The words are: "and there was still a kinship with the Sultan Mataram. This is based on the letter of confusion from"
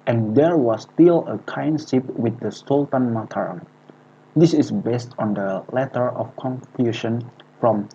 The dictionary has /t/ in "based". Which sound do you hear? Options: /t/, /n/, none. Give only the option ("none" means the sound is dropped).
/t/